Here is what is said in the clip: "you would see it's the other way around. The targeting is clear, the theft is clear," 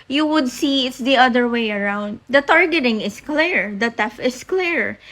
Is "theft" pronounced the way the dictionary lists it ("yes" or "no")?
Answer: no